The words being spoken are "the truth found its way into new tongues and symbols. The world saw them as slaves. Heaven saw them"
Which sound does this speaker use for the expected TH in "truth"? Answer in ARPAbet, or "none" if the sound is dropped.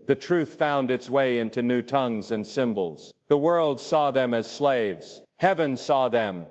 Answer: TH